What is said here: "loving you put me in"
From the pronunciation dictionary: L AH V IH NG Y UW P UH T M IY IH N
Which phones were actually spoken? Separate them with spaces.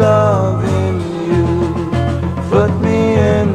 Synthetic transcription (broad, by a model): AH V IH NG Y UW F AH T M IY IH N